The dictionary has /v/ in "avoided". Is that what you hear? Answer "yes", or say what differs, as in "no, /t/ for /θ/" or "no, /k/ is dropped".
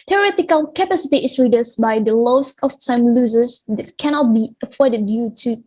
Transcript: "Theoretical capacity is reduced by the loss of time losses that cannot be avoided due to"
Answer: no, /f/ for /v/